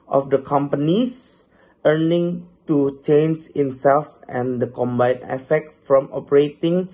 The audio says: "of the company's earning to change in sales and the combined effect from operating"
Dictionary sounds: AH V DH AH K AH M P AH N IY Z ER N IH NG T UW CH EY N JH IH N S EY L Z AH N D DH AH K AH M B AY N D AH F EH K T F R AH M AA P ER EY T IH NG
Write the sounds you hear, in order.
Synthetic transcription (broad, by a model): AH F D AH K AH M P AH N IY S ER N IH NG T UW CH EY N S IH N S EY L S AH N D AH K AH M B AY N AH F EH K T F R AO M AA P ER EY T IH NG